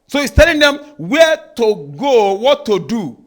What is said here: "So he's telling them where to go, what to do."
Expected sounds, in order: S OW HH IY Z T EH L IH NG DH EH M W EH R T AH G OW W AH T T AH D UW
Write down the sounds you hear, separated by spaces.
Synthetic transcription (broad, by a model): S OW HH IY S T EH L IH NG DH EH M W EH T AH G OW W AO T T AH D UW